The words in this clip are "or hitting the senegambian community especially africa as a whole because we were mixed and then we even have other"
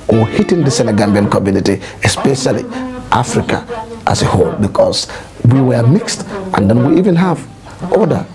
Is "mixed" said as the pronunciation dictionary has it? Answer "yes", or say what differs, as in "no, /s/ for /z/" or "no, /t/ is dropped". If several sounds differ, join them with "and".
yes